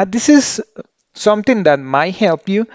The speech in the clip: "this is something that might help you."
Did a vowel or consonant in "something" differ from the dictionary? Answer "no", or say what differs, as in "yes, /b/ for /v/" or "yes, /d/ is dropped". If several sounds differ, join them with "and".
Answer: yes, /t/ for /θ/